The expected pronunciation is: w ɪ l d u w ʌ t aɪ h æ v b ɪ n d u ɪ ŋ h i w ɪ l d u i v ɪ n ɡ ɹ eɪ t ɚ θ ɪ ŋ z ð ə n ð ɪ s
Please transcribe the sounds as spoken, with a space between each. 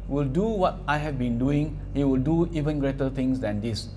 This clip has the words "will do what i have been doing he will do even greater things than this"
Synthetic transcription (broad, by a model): w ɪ l d u w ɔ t aɪ h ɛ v b ɪ n d u ɪ ŋ h i w ɪ l d u i v ɪ n ɡ ɹ eɪ t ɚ t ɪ ŋ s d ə n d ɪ s